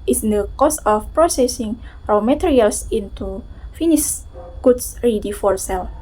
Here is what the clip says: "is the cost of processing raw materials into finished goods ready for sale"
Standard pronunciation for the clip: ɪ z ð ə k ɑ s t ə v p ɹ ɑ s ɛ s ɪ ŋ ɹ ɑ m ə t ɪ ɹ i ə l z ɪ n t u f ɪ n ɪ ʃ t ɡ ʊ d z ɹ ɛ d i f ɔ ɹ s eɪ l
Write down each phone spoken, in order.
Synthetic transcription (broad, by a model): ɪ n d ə k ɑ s ə f p ɹ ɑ s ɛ s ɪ ŋ ɹ ɑ m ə t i ɹ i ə l s ɪ n t u f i n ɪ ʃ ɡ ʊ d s ɹ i d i f ɔ ɹ s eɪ l